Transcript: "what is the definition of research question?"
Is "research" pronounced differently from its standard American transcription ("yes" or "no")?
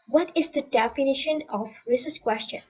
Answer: yes